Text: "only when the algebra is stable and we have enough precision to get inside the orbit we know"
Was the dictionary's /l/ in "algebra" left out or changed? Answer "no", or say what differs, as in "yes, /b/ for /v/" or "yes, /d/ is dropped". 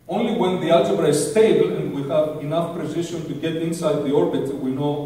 yes, /l/ is dropped